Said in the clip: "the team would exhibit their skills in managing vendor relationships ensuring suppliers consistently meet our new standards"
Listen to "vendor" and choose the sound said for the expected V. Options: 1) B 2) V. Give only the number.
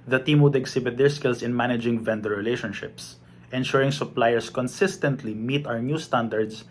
2